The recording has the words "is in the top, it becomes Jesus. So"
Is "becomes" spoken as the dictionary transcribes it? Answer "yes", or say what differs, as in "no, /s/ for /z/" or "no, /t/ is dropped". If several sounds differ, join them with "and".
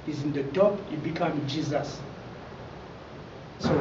no, /z/ is dropped